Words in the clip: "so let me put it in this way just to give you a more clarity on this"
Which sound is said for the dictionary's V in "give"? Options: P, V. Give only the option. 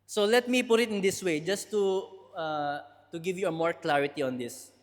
V